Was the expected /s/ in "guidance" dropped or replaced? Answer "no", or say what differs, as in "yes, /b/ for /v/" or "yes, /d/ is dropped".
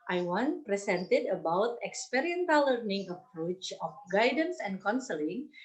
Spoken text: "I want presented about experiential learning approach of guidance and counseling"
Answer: no